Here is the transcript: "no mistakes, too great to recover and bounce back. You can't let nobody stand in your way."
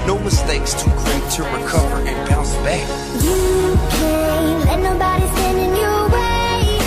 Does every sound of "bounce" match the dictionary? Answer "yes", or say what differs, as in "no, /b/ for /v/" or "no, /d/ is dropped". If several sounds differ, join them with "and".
no, /n/ is dropped